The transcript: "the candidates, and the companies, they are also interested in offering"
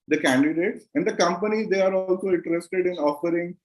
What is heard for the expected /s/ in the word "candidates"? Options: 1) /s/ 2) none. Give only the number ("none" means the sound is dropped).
1